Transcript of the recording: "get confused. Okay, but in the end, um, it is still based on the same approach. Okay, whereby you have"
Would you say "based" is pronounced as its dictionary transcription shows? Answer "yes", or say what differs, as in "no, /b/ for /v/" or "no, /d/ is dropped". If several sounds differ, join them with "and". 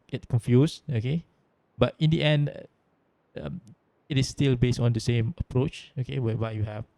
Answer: yes